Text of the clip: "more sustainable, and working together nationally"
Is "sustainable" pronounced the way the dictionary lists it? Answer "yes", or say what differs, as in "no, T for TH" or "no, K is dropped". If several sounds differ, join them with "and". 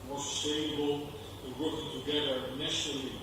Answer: no, N is dropped